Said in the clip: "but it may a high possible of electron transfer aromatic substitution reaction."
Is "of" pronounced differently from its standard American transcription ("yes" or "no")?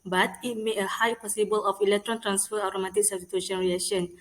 yes